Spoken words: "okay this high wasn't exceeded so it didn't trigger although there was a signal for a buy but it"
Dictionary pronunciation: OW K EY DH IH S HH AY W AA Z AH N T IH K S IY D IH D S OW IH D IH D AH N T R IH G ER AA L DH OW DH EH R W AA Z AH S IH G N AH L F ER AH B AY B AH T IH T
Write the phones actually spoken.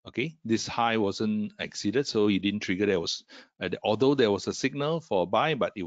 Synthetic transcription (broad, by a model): OW K EY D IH S HH AY W AA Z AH N IH K S IY D IH D S OW IH D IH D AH N T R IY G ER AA L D OW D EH W AA S AH S IH G N AH L F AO AH B AY B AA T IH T